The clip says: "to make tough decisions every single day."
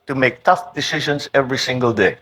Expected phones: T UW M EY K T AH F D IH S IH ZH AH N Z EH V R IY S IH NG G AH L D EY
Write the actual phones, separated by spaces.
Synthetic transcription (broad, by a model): T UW M EY K T AH F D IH S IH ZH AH N S EH V R IY S IH NG G AH L D EY